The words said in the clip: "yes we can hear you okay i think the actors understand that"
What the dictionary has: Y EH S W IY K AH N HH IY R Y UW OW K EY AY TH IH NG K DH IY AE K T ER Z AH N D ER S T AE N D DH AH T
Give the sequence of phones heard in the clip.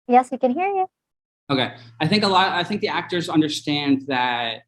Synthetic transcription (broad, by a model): Y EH S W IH K AH N HH IY R Y UW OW K EY AY TH IH NG K DH IY AE K T ER Z AH N D ER S T AE N D DH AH T